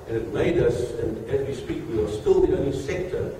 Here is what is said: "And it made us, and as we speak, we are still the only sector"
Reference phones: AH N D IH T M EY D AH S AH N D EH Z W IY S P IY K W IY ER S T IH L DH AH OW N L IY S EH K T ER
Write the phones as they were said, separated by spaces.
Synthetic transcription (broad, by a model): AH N IH T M EY D AH S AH N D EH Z W IY S P IY K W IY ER S T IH L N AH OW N IY S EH K T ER